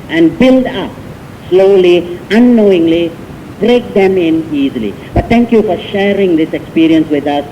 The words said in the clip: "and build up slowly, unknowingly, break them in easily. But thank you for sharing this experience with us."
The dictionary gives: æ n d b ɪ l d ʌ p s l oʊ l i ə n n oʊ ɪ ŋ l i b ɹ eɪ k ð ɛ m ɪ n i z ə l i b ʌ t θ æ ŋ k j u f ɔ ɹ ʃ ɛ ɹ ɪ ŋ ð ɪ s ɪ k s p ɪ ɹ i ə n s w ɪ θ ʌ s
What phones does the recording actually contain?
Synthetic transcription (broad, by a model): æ n d b ɪ l d ʌ p s l oʊ l i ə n n oʊ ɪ ŋ l i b ɹ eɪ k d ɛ m ɪ n i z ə l i b ʌ t t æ ŋ k j u f ɔ ɹ ʃ ɛ ɹ ɪ ŋ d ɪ s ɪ k s p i ɹ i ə n s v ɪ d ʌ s